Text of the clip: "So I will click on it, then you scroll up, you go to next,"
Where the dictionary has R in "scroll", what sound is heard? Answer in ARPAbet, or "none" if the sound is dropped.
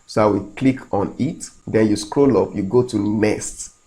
R